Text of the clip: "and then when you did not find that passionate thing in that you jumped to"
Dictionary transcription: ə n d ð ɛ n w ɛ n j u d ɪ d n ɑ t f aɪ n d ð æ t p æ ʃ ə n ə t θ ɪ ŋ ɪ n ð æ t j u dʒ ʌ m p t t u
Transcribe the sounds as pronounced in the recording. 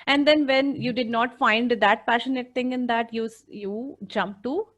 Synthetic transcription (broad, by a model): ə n d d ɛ n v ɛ n j u d ɪ d n ɑ t f aɪ n d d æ t p æ ʃ ə n ə t t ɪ ŋ ɪ n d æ t j u dʒ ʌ m p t t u